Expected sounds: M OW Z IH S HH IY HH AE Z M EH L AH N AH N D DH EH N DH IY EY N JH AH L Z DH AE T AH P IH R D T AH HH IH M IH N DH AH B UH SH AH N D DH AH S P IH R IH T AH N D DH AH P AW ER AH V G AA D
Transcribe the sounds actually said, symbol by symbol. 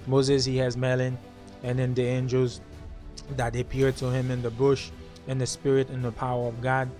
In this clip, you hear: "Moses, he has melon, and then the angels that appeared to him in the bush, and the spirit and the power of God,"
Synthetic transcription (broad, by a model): M OW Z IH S HH IY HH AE Z M EH L AH N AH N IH N DH IY EY N JH AH L Z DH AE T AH P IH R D T AH HH IH M IH N DH AH B UH SH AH N DH AH S P IH R IH T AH N DH AH P AW ER AH V G AA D